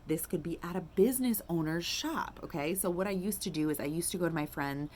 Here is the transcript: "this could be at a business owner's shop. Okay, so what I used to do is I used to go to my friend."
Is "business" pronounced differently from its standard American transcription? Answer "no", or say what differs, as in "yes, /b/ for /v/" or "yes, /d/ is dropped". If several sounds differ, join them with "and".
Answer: no